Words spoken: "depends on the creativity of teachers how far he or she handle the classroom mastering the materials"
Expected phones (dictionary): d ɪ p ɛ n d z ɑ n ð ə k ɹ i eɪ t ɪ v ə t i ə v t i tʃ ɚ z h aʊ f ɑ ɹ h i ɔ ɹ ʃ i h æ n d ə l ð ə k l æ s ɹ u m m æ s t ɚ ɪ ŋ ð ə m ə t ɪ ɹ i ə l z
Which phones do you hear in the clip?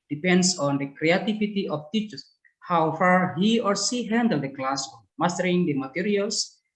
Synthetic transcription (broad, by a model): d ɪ p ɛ n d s ɑ n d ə k ɹ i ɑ t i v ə t i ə f t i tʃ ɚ s h aʊ f ɑ ɹ h i ɔ ɹ s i h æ n d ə l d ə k l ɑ s ɔ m m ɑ s t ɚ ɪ ŋ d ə m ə t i ɹ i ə l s